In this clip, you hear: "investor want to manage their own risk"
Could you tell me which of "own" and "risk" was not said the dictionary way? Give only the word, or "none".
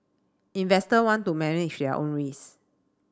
risk